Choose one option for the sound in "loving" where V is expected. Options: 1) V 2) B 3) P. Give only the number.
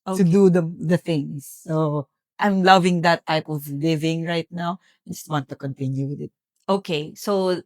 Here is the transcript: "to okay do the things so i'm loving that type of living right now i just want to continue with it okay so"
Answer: 1